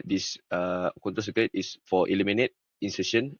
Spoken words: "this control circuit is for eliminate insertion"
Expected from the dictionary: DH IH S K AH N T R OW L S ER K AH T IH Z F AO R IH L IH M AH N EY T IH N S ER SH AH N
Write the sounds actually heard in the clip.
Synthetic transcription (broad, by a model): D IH S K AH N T OW S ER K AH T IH S F AO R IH L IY M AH N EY T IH N S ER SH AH N